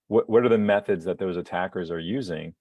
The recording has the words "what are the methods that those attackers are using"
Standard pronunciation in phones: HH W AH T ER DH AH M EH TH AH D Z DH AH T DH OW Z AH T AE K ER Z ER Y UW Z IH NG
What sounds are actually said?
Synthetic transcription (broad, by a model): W W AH T ER DH AH M EH TH AH D Z DH AH T DH OW Z AH T AE K ER Z ER Y UW Z IH NG